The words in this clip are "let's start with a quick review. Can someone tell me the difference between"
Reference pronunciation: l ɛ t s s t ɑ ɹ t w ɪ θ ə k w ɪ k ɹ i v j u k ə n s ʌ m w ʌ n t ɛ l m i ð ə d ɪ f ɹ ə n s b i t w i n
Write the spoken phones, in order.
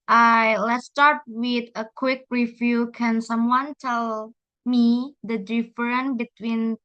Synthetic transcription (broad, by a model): l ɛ t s s t ɑ ɹ t w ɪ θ ə k w ɪ k ɹ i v j u k ə n s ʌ m w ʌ n t ɛ l m i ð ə d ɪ f ɹ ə n b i t w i n